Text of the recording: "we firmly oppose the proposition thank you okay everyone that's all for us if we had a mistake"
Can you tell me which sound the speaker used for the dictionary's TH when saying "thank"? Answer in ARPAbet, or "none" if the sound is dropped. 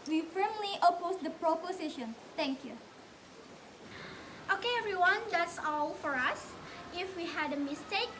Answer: T